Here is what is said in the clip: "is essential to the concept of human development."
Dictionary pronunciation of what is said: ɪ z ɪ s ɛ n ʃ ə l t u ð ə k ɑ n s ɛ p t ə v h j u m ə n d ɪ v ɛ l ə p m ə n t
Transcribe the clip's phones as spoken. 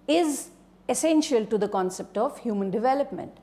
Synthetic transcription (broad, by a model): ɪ z ɪ s ɛ n ʃ ə l t u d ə k ɑ n s ɛ p t ə v h j u m ə n d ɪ v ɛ l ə p m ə n t